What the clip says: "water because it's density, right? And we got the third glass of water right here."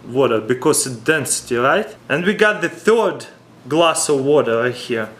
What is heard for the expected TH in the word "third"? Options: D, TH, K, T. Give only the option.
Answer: TH